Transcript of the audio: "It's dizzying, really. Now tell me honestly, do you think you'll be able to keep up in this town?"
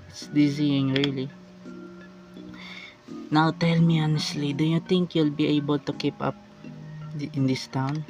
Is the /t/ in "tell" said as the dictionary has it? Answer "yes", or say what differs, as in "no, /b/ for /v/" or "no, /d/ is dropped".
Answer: yes